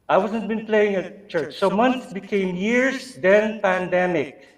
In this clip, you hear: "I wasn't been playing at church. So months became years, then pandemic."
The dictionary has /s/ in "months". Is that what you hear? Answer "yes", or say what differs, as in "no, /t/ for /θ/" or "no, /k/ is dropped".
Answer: no, /s/ is dropped